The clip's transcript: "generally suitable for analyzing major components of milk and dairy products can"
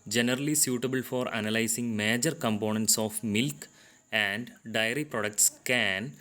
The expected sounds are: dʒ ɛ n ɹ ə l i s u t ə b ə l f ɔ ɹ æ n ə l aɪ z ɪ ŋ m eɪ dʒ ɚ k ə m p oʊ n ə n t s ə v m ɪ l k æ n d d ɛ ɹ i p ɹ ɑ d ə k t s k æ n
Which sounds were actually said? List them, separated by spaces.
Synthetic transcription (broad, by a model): dʒ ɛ n ɹ ə l i s u t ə b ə l f ɔ ɹ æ n ə l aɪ s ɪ ŋ m eɪ dʒ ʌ k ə m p oʊ n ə n t s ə f m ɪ l k æ n d d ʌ ɹ i p ɹ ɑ d ə k t s k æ n